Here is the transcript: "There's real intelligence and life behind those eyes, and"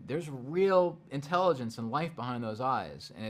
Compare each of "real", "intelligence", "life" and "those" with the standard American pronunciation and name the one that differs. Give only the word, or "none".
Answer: none